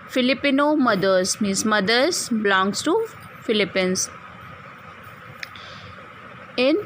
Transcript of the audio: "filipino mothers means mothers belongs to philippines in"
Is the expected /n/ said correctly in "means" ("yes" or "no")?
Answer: no